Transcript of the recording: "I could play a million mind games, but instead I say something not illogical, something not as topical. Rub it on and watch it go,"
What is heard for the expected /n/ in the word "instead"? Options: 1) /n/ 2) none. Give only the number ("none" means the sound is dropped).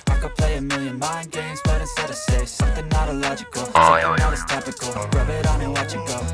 2